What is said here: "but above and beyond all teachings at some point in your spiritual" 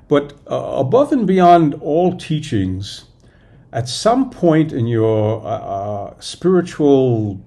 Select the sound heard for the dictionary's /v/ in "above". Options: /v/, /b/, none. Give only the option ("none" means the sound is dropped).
/v/